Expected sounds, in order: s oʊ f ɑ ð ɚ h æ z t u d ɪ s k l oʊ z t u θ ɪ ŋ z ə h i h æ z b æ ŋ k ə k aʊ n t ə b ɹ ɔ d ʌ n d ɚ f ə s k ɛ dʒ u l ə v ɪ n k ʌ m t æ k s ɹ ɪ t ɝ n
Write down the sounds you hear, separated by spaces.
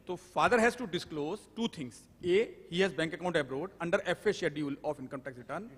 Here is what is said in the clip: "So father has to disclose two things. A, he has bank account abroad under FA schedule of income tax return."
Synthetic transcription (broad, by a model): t oʊ f ɑ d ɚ h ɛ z t u d ɪ s k l oʊ z t u t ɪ ŋ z ə h i h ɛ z b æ ŋ k ə k aʊ n t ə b ɹ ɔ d ʌ n d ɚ f ə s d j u l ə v ɪ n k ʌ m t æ k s ɹ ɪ t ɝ n